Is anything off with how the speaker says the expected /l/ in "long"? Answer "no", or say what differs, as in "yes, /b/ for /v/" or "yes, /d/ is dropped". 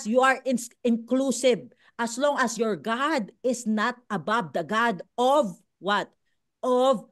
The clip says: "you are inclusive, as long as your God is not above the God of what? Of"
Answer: no